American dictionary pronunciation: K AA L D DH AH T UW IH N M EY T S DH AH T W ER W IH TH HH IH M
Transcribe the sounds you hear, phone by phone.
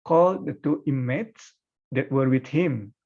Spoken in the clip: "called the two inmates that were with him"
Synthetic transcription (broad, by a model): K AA L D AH T UW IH M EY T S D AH T W ER W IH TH HH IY M